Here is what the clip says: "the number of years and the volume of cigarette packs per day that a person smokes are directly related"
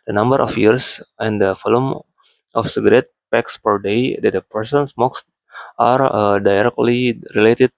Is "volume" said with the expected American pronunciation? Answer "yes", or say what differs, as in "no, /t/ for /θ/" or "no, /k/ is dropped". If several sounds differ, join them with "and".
no, /f/ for /v/